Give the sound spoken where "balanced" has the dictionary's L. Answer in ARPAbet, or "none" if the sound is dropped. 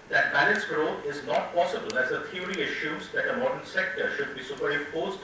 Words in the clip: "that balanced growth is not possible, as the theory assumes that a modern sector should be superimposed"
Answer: N